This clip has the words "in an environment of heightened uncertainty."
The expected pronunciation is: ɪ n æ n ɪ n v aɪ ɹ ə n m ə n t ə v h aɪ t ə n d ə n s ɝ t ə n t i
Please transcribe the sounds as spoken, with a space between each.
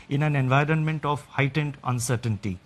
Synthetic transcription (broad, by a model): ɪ n æ n ɪ n v aɪ ɹ ə n m ə n t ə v h aɪ t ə n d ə n s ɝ t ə n t i